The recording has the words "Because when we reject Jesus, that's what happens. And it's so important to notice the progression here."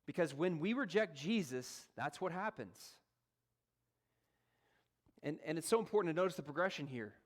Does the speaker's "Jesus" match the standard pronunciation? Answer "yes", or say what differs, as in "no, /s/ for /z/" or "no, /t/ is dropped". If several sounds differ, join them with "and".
yes